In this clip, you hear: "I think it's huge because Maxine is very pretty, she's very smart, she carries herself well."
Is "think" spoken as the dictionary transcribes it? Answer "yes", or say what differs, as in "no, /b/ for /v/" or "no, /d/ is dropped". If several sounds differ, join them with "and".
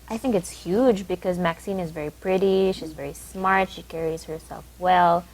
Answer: yes